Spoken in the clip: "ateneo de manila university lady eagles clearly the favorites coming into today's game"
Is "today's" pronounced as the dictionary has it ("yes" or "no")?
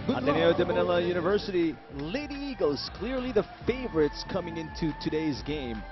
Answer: yes